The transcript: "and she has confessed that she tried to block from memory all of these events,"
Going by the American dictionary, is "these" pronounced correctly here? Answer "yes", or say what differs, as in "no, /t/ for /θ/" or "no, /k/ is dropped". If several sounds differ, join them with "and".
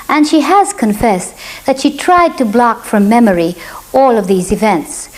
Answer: yes